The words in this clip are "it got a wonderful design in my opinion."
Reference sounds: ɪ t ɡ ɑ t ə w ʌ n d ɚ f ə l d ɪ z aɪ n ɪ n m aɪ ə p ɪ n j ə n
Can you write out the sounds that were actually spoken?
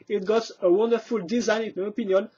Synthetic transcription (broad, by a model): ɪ t ɡ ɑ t ə w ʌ n d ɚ f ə l d ɪ z aɪ n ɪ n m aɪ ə p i n j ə n